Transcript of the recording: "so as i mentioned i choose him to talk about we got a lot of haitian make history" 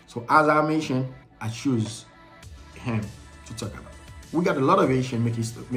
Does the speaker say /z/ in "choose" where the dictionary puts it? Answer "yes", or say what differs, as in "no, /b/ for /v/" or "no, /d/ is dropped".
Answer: yes